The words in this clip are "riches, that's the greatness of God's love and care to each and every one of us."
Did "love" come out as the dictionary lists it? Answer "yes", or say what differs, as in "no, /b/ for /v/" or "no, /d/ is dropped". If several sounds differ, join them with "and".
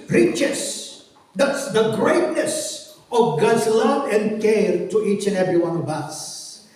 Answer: yes